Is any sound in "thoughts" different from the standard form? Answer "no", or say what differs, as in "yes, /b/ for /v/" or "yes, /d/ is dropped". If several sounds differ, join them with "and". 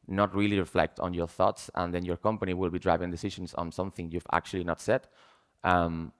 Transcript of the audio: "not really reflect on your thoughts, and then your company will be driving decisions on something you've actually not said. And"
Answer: no